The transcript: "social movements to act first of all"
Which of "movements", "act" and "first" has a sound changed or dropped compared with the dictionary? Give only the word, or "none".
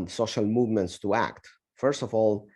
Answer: none